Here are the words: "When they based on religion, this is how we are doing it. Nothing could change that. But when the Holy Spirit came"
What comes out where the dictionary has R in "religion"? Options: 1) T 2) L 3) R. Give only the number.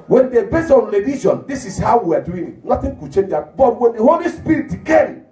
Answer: 2